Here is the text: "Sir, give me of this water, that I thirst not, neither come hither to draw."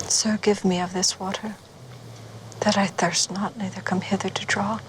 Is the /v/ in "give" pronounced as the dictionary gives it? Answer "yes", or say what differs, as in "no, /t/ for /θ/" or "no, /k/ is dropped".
yes